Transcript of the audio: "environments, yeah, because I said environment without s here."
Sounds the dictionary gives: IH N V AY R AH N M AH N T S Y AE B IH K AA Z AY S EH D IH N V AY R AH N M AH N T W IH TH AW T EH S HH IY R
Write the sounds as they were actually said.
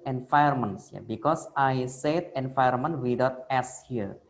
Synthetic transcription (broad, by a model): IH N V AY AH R M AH N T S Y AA B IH K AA S AY S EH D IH N F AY AH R M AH N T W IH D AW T EH S HH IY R